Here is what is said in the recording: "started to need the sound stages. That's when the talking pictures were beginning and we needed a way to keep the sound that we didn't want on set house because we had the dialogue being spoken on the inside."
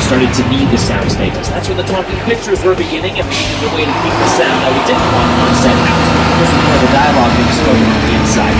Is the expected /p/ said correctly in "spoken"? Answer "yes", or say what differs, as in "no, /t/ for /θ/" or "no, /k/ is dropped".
no, /p/ is dropped